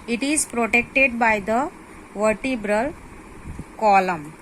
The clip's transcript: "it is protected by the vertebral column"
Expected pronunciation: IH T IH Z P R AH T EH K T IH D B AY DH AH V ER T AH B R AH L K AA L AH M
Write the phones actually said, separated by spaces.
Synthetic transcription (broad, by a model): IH T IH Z P R AH T EH K T IH D B AY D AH V ER T AH B R AH L K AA L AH M